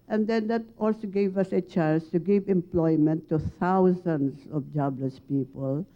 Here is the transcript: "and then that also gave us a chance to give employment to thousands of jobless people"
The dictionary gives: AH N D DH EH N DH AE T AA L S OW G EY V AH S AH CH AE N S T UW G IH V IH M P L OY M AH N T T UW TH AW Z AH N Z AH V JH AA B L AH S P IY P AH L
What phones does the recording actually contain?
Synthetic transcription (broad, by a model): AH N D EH N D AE T AA L S OW G EY V AH S AH CH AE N S T UW G IH V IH M P L OY M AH N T T UW T AW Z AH N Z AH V JH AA B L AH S P IY P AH L